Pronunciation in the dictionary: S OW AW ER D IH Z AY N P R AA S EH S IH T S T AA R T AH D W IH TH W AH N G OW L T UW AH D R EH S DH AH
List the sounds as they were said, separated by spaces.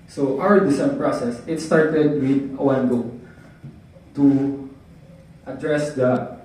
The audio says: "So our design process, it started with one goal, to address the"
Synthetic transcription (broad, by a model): S OW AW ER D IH S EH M P R AA S EH S IH T S T AA R T AH D W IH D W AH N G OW T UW AH D R EH S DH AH